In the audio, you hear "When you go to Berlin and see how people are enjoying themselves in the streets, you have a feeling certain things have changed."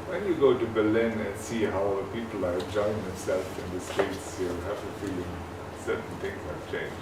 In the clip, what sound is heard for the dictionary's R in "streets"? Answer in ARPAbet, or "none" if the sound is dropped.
none